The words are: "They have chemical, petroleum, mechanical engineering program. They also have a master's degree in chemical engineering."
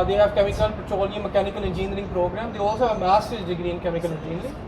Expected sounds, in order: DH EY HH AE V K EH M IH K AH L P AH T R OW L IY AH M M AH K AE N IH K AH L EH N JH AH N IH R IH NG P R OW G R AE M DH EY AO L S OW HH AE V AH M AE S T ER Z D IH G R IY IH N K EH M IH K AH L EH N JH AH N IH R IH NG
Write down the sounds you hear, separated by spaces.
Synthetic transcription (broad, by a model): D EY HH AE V K EH M IH K AH L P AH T OW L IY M M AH K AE N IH K AH L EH N JH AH N R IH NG P R OW G R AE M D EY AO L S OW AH M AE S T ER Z D IH G R IY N K EH M IH K AH L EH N JH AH N R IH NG